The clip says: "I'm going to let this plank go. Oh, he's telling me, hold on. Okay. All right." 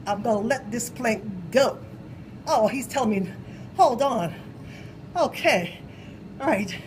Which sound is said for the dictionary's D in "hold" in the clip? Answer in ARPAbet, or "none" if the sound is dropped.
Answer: D